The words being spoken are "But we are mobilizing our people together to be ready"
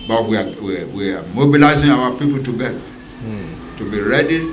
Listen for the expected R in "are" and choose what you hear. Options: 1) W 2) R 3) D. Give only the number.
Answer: 1